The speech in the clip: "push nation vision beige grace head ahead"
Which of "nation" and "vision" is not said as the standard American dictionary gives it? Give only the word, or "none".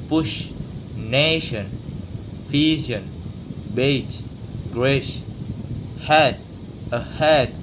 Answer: vision